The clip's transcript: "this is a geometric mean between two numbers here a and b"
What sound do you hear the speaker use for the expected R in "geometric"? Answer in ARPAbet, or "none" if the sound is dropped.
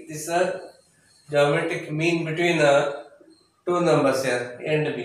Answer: none